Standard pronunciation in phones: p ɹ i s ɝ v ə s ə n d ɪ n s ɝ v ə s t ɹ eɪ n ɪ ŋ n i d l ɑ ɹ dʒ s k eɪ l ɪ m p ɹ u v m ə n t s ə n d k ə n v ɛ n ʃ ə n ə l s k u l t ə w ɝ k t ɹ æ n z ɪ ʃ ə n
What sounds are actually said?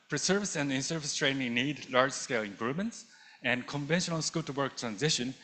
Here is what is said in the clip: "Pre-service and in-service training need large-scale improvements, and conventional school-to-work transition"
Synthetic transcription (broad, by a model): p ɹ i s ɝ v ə s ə n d ɪ n s ɝ v ə s t ɹ eɪ n ɪ ŋ n i d l ɑ ɹ dʒ s k eɪ l ɪ m p ɹ u v m ə n t s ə n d k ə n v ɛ n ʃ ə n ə l s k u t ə w ɝ k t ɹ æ n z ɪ ʃ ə n